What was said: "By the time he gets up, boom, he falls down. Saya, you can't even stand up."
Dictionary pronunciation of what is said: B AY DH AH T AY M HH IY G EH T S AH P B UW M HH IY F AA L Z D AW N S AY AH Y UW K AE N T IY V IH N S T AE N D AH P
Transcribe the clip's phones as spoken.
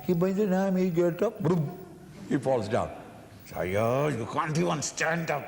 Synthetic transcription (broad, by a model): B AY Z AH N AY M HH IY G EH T AH P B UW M HH IY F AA L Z D AW N S AY AH Y UW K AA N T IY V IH N S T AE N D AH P